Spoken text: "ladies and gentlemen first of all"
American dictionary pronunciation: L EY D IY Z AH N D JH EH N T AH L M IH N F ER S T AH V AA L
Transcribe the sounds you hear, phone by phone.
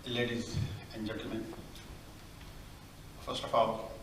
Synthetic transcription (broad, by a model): L EY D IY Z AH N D JH EH N T AH L M IH N F ER S T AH F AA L